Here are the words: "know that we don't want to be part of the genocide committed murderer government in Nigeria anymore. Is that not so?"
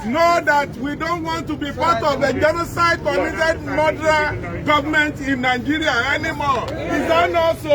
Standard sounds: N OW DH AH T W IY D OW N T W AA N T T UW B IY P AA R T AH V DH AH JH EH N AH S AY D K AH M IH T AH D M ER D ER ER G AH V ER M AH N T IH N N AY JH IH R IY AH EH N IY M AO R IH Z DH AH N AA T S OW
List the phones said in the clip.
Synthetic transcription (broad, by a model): N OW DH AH T W IY D OW N T W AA N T T UW B IY P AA T AH V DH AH JH EH N AH S AY D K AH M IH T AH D M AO D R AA G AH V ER M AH N T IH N N AY JH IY R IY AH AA N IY M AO L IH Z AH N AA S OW